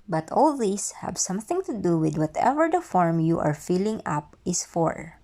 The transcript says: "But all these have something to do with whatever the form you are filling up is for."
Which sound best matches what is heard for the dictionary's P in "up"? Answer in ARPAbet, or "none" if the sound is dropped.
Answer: P